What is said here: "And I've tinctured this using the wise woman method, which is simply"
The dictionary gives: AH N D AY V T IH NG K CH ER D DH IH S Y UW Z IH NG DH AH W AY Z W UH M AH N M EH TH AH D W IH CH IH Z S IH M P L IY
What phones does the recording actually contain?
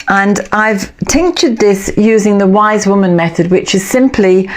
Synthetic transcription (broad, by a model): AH N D AY V T IH NG K CH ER D DH IH S Y UW Z IH NG DH AH W AY Z W UH M AH N M EH TH AH D W IH CH IH Z S IH M P L IY